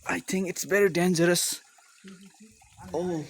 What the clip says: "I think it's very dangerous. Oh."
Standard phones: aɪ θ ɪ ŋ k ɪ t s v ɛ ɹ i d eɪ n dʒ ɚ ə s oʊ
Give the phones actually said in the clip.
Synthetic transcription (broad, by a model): aɪ θ ɪ ŋ k ɪ t s b ɛ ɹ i d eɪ n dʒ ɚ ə s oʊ